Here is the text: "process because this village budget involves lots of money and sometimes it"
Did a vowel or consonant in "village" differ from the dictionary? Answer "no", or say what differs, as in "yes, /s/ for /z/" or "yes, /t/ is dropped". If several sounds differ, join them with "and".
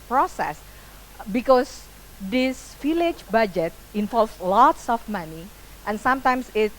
yes, /f/ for /v/